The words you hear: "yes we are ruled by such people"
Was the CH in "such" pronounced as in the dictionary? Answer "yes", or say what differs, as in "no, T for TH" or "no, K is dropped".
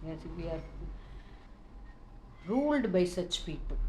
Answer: yes